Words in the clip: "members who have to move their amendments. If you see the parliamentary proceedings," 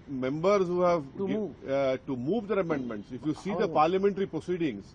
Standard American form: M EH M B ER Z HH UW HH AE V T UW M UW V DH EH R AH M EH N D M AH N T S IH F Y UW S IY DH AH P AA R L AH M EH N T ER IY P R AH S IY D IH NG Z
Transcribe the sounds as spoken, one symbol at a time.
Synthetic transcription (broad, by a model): M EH M B ER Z HH UW HH AE V T UW M UW V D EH R AH M EH N D M AH N T S IH F Y UW S IY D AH P AA R L AH M EH N T ER IY P R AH S IY D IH NG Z